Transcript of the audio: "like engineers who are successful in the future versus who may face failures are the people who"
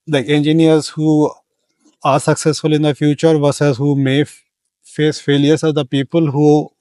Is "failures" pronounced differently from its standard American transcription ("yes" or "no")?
yes